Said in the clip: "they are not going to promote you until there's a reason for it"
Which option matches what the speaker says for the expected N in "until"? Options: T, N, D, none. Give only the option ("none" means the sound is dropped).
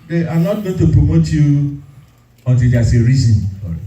N